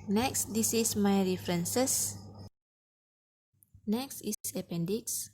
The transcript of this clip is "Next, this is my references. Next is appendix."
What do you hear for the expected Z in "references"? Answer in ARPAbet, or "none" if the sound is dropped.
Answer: S